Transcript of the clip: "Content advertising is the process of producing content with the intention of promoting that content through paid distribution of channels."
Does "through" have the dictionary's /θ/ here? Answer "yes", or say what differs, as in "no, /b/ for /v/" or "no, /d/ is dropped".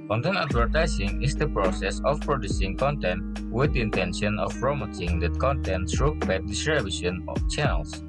no, /s/ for /θ/